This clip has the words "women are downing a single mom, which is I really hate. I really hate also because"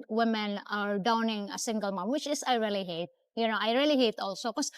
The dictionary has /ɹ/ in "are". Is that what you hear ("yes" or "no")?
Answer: yes